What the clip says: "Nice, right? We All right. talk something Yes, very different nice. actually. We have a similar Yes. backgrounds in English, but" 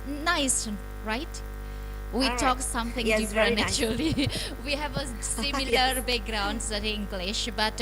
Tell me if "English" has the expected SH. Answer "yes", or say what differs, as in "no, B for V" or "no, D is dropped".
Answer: yes